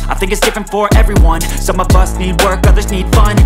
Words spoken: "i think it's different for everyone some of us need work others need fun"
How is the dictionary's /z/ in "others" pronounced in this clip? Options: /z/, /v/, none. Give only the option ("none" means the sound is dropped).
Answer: /z/